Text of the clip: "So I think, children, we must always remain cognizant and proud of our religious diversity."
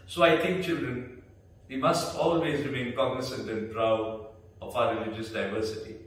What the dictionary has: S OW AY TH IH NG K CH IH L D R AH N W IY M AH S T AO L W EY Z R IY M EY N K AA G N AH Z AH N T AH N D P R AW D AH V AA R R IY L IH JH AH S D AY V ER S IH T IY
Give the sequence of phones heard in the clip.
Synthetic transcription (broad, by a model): S OW AY T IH NG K CH IH L D R AH N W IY M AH S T AO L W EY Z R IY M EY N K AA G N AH S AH N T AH N P R AW D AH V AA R R IY L IH JH AH S D AY V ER S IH T IY